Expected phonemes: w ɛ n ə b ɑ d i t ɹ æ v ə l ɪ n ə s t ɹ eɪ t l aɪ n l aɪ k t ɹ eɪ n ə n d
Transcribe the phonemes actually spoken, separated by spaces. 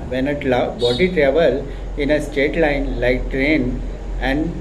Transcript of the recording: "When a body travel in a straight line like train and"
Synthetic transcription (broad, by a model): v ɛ n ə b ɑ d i t ɹ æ v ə l ɪ n ə s t eɪ t l aɪ n l aɪ k t ɹ eɪ n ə n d